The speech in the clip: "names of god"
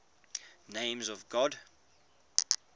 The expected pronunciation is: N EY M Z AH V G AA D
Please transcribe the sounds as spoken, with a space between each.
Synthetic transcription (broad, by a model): N EY M Z AH V G AA D